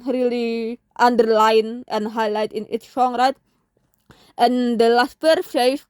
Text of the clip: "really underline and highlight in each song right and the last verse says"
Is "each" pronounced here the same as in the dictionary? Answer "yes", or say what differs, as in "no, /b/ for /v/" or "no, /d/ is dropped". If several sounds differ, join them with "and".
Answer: no, /s/ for /tʃ/